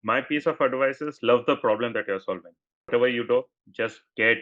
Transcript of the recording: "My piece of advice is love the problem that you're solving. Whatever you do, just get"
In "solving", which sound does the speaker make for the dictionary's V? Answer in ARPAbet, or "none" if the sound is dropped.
V